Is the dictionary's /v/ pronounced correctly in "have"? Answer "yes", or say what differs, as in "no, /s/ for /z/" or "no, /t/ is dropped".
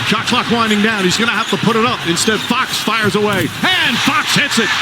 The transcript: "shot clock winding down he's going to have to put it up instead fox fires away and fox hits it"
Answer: no, /f/ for /v/